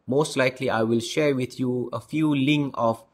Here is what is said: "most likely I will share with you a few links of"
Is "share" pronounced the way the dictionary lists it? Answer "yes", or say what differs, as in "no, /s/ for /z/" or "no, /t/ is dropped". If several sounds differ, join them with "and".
yes